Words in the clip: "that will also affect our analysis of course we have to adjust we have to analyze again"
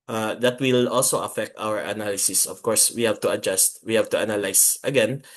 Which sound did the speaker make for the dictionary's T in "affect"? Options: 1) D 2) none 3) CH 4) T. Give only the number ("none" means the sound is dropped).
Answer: 4